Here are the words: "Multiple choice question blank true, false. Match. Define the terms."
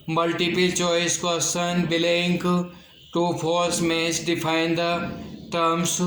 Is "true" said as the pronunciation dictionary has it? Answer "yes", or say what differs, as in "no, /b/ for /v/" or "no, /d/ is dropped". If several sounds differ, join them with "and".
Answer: no, /ɹ/ is dropped